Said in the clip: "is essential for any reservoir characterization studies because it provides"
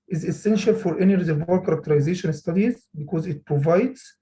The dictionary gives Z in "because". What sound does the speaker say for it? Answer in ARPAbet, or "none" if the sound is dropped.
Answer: Z